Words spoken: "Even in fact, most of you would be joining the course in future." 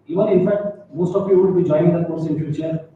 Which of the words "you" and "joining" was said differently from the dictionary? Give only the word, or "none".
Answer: joining